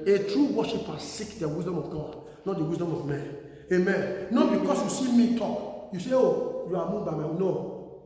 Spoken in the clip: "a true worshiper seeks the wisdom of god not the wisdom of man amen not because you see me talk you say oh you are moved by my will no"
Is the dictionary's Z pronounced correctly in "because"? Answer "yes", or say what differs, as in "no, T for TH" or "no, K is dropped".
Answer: no, S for Z